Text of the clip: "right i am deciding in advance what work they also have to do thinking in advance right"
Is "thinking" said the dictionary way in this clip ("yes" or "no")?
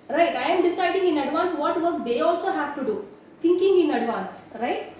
no